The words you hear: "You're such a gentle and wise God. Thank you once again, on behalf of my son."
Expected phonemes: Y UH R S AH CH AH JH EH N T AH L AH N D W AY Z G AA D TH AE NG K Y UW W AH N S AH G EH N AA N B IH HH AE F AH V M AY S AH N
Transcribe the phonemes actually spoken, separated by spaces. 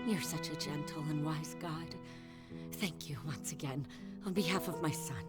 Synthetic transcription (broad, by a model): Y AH R S AH CH AH JH EH N T L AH N W AY Z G AA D TH AE NG K Y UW W AH N S AH G EH N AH N B IH HH AE F AH V M AY S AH N